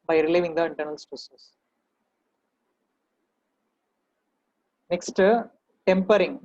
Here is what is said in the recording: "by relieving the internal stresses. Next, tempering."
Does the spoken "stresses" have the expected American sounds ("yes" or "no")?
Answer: no